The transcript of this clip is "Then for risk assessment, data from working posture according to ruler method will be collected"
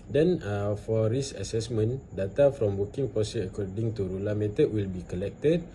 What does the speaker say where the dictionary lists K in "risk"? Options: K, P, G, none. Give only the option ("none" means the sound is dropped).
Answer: none